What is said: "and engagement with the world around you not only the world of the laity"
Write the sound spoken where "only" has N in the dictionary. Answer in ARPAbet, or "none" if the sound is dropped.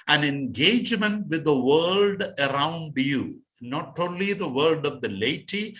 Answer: N